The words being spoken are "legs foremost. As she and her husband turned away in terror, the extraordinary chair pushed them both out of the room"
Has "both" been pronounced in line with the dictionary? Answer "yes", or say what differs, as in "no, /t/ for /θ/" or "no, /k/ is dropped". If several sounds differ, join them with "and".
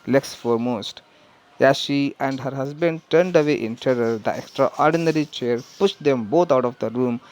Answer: no, /t/ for /θ/